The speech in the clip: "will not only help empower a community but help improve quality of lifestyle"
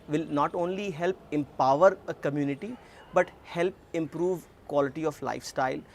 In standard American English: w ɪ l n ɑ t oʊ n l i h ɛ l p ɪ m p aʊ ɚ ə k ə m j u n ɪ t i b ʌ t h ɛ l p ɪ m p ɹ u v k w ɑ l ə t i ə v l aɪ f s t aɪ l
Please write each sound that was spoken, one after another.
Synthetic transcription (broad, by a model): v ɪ l n ɑ t oʊ n l i h ɛ l p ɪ m p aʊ ɚ ə k ə m j u n ɪ t i b ʌ t h ɛ l p ɪ m p ɹ u v k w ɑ l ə t i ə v l aɪ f s t aɪ l